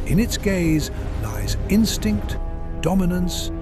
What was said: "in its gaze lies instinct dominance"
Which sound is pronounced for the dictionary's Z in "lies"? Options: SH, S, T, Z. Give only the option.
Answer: Z